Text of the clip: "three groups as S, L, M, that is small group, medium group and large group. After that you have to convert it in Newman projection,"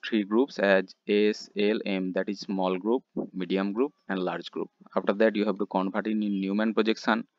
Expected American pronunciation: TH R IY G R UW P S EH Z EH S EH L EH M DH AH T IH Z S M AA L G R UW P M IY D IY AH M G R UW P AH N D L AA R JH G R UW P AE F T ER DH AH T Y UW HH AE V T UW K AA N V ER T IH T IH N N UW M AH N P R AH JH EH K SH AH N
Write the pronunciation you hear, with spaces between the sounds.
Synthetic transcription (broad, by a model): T R IY G R UW P S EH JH EH S EH L EH M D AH T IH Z S M AA L G R UW P M IY D IY AH M G R UW P AH N D L AA R JH G R UW P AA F T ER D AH T Y UW HH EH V T UW K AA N P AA T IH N IH N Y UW M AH N P R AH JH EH K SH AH N